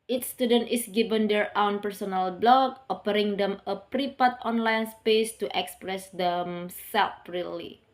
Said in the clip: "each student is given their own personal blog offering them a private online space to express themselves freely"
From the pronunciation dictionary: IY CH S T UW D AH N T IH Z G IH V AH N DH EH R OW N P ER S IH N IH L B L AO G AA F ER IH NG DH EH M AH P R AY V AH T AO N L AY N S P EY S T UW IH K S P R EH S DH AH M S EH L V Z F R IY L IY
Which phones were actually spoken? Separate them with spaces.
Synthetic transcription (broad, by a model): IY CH S T UW D AH N T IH S G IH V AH N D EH R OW N P ER S IH N IH L B L AO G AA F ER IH NG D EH M AH P R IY P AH T AO N L AY N S P EY S T UW IH K S P R EH S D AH M S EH L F R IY L IY